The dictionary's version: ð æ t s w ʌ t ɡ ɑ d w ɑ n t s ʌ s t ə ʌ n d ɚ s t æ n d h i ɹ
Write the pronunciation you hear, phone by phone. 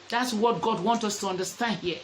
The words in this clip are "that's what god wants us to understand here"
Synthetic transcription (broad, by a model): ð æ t s w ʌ t ɡ ɑ d w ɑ n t ʌ s t ə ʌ n d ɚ s t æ n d h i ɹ